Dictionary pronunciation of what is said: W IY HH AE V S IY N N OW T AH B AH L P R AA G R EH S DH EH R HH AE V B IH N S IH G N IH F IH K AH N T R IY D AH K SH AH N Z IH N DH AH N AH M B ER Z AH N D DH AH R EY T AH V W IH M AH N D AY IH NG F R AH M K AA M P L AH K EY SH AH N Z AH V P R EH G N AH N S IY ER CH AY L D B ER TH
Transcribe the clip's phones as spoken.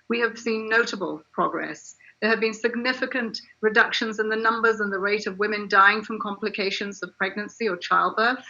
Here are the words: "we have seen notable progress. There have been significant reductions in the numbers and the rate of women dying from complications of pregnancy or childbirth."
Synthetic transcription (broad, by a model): W IY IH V S IY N N OW T AH B AH L P R AA G R EH S DH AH R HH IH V B IH N S IH G N IH F IH K AH N T R IY D AH K SH AH N Z IH N DH AH N AH M B ER Z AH N DH AH R EY T AH V W IH M AH N D AY IH NG F R AH M K AA M P L AH K EY SH AH N Z AH V P R EH G N AH N S IY ER CH AY L D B ER TH